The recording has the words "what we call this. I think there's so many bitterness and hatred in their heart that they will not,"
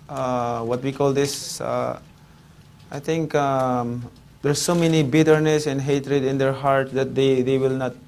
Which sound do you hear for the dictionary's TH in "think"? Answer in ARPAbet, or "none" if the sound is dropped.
T